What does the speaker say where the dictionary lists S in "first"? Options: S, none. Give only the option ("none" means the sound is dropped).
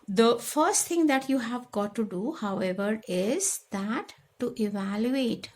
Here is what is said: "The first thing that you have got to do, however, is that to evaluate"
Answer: S